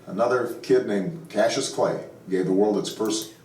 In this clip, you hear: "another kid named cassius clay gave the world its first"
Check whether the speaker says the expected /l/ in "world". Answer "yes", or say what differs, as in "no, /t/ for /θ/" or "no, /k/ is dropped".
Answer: yes